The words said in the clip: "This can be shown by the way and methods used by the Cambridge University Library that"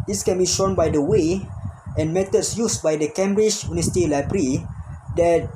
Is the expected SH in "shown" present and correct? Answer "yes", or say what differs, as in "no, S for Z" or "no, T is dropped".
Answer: yes